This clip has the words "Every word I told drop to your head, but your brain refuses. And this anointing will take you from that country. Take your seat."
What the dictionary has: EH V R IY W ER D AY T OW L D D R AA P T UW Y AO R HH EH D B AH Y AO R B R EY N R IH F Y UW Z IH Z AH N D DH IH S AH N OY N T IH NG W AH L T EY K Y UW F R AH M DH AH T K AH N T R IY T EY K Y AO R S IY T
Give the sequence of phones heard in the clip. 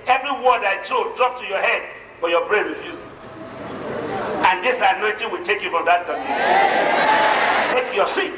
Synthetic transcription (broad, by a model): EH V R IY W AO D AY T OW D D R AA P T UW Y AO HH EH D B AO Y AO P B R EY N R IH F Y UW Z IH AH N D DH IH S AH N OY N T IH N W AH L T EY K Y UW F R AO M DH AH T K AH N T IY T EY K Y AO S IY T